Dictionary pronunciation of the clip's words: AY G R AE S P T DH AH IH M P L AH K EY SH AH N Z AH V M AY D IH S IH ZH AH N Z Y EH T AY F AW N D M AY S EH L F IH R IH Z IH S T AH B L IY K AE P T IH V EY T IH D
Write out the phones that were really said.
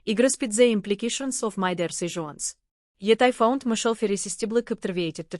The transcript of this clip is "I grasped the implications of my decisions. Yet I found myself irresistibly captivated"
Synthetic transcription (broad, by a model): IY G R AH S P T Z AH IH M P L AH K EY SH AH N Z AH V M AY D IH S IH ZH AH N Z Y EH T AY F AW N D M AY SH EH L F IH R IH S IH S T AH B L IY K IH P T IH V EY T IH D